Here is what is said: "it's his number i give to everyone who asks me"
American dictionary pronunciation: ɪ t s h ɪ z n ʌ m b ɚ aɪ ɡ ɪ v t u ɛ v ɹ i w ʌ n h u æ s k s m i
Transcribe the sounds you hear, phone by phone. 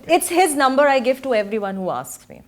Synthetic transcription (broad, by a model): ɪ t s h ɪ z n ʌ m b ɚ aɪ ɡ ɪ v t u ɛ v ɹ i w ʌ n h u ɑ s k s m i